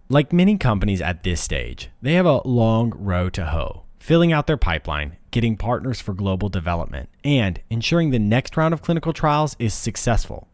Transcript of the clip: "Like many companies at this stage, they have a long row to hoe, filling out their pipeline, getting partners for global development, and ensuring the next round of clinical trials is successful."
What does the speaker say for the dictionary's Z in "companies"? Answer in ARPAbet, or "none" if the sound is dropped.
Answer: Z